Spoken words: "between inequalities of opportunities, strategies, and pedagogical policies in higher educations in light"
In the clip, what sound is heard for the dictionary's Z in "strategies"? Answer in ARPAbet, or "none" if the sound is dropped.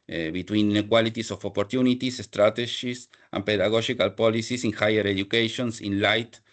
S